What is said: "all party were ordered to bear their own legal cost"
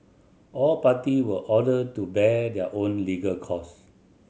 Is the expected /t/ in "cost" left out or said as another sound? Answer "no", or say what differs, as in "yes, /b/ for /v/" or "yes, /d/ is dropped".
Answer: yes, /t/ is dropped